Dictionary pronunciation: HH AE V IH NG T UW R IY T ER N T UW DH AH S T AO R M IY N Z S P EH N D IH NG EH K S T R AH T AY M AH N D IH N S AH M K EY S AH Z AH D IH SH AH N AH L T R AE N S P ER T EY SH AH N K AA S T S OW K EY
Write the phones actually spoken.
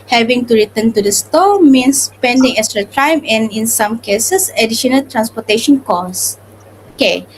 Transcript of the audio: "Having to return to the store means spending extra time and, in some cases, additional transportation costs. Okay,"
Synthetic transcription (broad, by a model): HH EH V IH NG T UW R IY T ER N T UW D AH S T AO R M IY N S P EH N D IH NG EH K S T R AH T AY M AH N IH N S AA M K EY S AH S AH D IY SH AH N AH L T R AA N S P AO T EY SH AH N K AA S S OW K EY